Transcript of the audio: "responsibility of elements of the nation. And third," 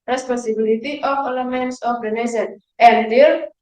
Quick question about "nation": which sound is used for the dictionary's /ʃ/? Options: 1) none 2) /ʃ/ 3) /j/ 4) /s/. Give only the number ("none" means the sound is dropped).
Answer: 4